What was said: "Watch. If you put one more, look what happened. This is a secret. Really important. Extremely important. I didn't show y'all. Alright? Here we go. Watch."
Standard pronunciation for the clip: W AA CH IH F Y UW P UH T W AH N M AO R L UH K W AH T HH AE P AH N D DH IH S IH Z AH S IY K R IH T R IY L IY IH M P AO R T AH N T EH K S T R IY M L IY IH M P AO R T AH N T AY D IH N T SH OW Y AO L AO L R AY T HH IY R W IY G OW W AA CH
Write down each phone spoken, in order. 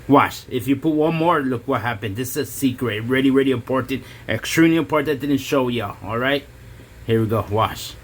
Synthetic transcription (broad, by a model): W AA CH IH F Y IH P UH T W AH N M AO R L UH K W AH T HH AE P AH N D DH IH S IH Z AH S IY K R IH T R IY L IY IH M P AO R T AH N T EH K S T R IY M L IY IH M P AO R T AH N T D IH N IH SH OW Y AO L AO L R AY T HH IY R W IY G OW W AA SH